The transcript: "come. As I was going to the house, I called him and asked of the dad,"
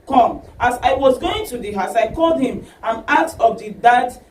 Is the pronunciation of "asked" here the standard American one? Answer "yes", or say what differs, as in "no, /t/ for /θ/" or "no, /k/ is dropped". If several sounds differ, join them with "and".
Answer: no, /s/ is dropped